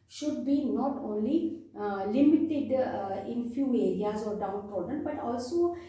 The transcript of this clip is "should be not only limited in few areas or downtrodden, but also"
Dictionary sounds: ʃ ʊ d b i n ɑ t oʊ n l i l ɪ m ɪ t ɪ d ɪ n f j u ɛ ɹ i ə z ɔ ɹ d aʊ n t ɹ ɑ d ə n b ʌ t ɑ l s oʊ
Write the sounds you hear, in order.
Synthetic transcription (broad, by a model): ʃ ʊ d b i n ɑ t oʊ n l i l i m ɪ t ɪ d ɪ n f j u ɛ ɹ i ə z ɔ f d aʊ n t ɑ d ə n b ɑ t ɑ l s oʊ